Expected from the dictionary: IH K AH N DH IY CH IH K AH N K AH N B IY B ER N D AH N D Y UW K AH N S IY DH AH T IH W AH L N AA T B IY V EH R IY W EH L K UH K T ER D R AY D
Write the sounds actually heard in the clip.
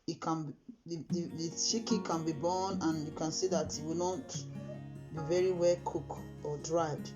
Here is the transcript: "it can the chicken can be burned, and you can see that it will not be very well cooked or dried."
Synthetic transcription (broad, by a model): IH K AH N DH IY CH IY K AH K AH N B IY B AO N AH N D Y UW K AH N S IY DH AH T IH W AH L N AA T B IY V EH R IY W EH L K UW K AO D R AY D